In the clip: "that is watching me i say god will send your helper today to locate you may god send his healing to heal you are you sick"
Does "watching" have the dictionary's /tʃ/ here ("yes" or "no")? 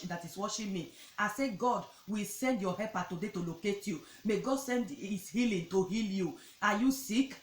no